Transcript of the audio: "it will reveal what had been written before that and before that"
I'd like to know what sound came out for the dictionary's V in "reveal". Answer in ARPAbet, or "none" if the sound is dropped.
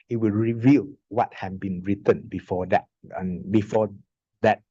V